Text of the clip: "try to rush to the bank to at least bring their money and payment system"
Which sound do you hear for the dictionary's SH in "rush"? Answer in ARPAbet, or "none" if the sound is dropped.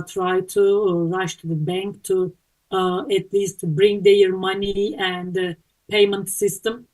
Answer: SH